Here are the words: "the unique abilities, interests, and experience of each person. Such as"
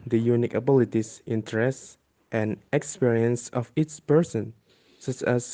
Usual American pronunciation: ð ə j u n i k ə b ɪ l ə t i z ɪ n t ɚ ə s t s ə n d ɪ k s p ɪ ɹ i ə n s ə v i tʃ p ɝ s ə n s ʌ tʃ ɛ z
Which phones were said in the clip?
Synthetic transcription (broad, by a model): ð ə j u n i k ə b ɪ l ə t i s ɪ n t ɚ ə s t ə n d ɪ k s p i ɹ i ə n s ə f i s p ɝ s ə n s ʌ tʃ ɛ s